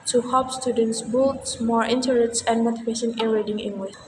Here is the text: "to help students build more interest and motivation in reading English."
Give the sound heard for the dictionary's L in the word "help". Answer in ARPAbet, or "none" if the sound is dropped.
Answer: none